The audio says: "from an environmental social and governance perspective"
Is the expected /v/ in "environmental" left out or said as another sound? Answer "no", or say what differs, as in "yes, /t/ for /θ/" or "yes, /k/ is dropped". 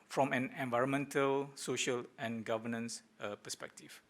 no